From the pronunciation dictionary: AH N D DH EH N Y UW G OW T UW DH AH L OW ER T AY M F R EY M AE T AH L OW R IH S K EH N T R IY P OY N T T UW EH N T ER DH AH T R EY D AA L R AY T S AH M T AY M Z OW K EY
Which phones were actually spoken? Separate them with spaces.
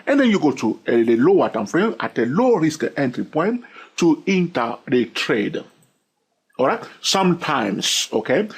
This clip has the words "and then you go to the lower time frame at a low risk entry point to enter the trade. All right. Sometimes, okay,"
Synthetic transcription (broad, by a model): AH N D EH N Y UW G OW T UW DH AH L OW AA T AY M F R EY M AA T AH L OW R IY S K EH N T R IY P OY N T T UW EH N T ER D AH T R EY D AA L R AY T S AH M T AY M S OW K EY